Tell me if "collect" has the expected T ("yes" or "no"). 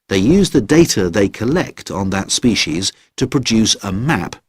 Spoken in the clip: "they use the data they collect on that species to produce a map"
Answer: yes